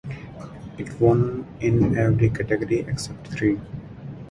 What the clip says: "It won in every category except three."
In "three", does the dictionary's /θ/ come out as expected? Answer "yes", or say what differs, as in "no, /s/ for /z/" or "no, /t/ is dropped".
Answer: no, /t/ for /θ/